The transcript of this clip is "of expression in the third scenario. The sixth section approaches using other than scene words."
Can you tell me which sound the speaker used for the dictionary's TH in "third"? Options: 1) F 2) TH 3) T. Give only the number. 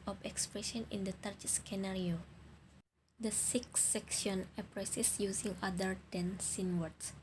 3